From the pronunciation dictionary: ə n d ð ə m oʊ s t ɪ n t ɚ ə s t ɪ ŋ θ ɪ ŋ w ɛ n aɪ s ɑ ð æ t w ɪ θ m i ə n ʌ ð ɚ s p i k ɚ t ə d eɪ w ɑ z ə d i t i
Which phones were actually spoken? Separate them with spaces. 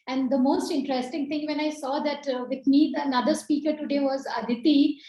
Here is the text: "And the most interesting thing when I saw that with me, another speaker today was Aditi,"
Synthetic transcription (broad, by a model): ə n d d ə m oʊ s t ɪ n t ɚ ə s t ɪ ŋ t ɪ ŋ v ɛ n aɪ s ɑ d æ t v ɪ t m i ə n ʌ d ɚ s p i k ɚ t ə d eɪ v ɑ z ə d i t i